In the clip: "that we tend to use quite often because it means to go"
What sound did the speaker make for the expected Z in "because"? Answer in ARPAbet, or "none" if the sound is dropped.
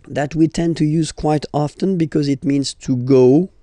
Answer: Z